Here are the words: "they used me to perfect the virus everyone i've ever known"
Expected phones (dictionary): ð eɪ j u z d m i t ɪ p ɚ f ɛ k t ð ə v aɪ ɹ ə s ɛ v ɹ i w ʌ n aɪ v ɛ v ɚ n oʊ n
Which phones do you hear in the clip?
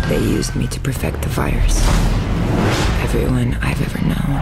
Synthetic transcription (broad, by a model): ð eɪ j u z d m i t ɪ p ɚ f ɛ k t ð ə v aɪ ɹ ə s ɛ v ɹ i w ʌ n aɪ v ɛ v ɚ n oʊ n